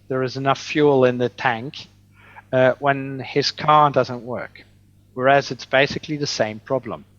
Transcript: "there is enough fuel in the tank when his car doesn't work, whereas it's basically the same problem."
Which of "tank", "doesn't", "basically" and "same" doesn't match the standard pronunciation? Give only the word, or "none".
none